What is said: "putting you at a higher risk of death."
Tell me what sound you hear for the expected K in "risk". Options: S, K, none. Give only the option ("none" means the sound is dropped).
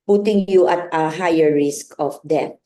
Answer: K